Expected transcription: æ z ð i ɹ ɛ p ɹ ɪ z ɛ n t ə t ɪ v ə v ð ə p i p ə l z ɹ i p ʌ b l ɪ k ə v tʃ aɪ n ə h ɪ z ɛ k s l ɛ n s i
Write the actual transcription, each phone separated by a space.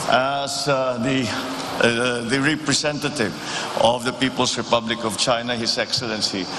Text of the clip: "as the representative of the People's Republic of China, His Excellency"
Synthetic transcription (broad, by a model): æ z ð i ɹ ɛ p ɹ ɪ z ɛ n t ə t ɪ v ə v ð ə p i p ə l s ɹ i p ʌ b l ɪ k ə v tʃ aɪ n ə h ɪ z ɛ k s l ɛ n s i